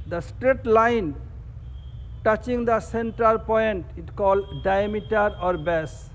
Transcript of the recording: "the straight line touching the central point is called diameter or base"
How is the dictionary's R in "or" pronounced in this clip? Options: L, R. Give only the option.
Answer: R